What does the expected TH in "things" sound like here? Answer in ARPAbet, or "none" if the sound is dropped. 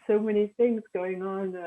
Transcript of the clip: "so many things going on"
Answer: TH